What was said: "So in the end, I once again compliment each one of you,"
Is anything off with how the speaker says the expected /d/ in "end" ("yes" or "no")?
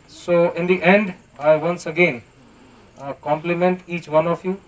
no